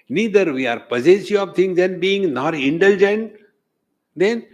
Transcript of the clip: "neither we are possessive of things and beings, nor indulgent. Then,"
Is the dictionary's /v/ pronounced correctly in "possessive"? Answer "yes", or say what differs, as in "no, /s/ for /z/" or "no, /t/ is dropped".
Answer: no, /v/ is dropped